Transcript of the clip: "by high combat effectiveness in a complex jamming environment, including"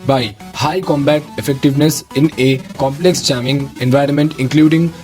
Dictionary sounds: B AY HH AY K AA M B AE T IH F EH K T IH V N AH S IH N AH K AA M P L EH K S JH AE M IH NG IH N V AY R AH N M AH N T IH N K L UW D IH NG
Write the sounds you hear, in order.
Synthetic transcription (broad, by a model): B AY HH AY K AA M B AE T IH F EH K T IH V N AH S IH N AH K AA M P L EH K S CH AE M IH NG IH N V AY R AH N M AH N T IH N K L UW D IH NG